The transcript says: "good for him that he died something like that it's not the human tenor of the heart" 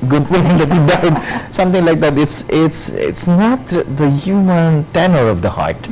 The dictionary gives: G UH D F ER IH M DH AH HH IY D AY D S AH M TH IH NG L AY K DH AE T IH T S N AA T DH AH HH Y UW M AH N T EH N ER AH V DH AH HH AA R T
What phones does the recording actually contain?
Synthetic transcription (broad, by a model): G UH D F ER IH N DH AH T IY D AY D S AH M T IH NG L AY K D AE T IH T S N AA T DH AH HH Y UW M AH N T EH N ER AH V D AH HH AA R T